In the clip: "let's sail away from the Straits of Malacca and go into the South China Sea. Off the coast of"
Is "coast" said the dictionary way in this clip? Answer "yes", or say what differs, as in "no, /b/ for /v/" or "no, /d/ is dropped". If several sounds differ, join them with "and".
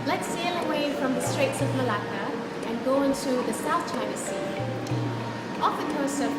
no, /t/ is dropped